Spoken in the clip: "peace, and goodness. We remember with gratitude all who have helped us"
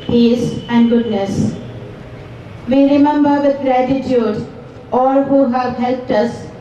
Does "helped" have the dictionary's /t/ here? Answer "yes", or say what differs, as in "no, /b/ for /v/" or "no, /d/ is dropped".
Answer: yes